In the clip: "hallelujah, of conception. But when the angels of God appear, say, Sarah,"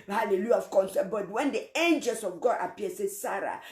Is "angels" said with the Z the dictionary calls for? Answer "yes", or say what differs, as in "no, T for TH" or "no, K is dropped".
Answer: no, S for Z